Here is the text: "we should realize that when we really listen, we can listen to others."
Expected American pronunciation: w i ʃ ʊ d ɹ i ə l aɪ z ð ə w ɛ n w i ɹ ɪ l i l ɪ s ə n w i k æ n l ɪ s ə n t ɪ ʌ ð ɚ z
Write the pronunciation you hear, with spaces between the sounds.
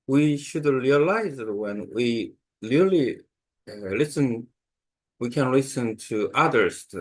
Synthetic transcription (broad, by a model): w i ʃ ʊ d ɹ i ə l aɪ z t w ɛ n w i l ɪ l i l ɪ s ə n w i k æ n l ɪ s ə n t ɪ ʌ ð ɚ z